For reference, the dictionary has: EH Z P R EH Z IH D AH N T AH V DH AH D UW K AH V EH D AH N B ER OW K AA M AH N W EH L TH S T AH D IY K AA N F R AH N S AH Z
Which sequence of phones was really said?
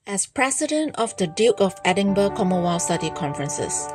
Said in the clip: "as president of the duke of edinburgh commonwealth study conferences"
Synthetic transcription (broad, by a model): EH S P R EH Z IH D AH N T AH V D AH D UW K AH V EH D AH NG B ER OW K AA M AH W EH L S T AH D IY K AA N F R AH N S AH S